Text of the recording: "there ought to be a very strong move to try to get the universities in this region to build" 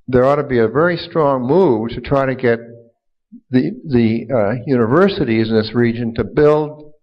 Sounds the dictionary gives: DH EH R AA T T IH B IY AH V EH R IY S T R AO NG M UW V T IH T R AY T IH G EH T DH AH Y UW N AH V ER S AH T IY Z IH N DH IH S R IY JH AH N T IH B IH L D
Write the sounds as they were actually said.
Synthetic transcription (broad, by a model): DH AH R AA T T IH B IY AH V EH R IY S T R AO NG M UW V T IH T R AY T IH G EH T DH AH Y UW N AH V ER S AH T IY Z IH N DH IH S R IY JH AH N T IH B IH L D